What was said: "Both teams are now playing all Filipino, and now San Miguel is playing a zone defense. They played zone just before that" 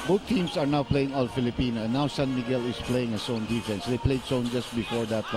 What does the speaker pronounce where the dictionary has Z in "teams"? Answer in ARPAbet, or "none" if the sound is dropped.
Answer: S